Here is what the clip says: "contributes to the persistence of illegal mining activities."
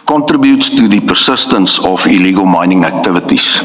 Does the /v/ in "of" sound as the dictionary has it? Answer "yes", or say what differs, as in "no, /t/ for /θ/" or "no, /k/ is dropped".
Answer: no, /f/ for /v/